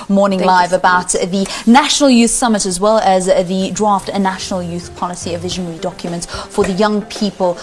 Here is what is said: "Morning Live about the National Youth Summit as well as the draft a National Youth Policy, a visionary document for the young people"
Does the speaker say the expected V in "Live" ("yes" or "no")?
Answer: yes